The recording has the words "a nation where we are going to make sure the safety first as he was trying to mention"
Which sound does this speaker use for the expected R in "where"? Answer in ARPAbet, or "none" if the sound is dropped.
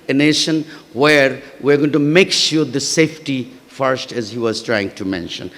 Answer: R